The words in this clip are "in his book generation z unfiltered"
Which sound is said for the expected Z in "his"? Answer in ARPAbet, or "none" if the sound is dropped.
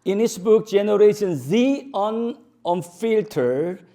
S